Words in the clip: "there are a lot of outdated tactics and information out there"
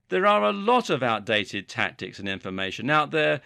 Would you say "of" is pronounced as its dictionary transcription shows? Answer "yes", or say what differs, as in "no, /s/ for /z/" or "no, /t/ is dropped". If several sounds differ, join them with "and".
yes